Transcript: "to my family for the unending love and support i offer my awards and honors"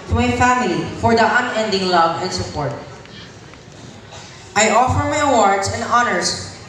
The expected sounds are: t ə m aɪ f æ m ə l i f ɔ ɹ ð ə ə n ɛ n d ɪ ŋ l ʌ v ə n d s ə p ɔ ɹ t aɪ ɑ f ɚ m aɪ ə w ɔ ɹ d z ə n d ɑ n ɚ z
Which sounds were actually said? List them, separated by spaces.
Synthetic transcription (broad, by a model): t m aɪ f æ m ə l i f ɔ ɹ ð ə ə n ɛ n d ɪ ŋ l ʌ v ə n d s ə p ɔ ɹ t aɪ ɑ f ɚ m aɪ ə w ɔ ɹ d s ə n d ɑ n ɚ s